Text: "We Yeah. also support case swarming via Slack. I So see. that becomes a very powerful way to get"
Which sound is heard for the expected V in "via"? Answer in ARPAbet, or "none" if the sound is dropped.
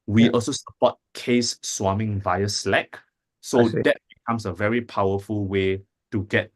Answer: V